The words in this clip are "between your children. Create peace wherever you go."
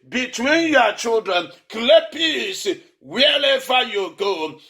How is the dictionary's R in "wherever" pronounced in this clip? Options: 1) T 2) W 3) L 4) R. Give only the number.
3